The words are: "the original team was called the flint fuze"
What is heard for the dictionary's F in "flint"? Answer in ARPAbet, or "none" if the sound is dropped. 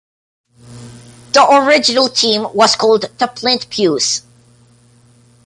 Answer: P